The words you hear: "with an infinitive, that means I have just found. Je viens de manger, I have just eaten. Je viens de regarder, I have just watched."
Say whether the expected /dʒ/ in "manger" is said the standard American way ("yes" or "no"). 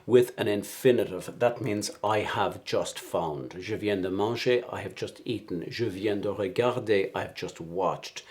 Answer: no